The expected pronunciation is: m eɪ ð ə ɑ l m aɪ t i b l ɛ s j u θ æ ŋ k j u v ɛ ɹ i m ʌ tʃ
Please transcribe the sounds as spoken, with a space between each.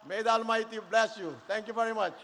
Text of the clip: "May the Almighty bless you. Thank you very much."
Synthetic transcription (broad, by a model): m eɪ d ɑ l m aɪ t i b l ɛ s j u t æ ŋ k j u v ɛ ɹ i m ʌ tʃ